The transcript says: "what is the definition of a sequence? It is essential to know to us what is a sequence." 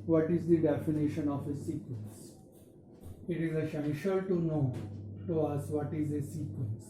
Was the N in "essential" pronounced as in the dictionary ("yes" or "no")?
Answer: no